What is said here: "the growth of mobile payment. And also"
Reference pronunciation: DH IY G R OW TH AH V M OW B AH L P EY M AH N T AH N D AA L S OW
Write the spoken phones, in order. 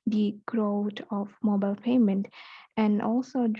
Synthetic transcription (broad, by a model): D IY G R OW T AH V M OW B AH L P EY M AH N T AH N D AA L S OW